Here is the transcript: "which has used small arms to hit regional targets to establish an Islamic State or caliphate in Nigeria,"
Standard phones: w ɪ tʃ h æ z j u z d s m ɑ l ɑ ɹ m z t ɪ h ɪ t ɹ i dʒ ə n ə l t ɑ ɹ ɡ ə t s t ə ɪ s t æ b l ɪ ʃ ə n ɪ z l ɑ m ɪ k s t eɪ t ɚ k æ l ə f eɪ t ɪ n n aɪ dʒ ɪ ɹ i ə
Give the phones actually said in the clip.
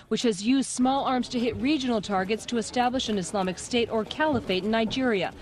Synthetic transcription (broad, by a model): w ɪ tʃ h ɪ z j u z d s m ɑ l ɑ ɹ m z t ɪ h ɪ t ɹ i dʒ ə n l t ɑ ɹ ɡ ə t s t ə ɪ s t æ b l ɪ ʃ ə n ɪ s l ɑ m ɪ k s t eɪ t ɚ k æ l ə f eɪ ɪ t n aɪ dʒ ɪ ɹ i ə